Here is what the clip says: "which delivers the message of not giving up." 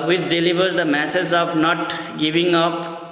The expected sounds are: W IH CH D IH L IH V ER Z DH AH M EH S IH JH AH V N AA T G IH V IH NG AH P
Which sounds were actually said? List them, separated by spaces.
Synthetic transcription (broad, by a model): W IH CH D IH L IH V ER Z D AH M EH S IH Z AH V N AA T G IH V IH NG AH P